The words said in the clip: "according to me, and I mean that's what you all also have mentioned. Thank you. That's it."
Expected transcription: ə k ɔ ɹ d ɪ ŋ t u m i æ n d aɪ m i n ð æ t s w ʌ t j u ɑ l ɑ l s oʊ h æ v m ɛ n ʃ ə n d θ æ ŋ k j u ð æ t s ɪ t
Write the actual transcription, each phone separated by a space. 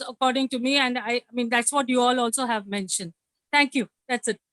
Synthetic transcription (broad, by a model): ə k ɔ ɹ d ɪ ŋ t u m i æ n d aɪ m i n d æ t s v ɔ t j u ɑ l ɑ l s oʊ h æ v m ɛ n ʃ ə n d t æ ŋ k j u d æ t s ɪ t